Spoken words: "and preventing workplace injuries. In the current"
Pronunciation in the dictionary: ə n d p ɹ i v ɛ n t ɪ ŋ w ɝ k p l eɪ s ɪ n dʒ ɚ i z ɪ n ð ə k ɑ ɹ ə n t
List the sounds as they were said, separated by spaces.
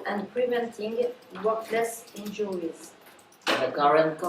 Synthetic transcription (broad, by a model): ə n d p ɹ i v ɛ n t ɪ ŋ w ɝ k l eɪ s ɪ n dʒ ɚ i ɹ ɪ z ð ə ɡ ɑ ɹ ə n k